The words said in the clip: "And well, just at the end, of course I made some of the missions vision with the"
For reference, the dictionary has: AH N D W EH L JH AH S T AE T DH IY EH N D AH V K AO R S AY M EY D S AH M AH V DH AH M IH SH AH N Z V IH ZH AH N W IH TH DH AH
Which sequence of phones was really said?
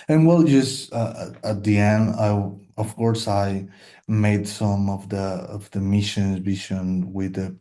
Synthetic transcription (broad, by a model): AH N W EH L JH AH S T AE T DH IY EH N D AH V K AO R S AY M EY D S AH M AH V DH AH M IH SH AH N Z B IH SH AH N W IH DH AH